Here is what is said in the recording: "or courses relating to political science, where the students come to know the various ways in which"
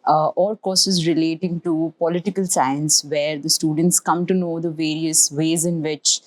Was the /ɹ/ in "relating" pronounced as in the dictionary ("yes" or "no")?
yes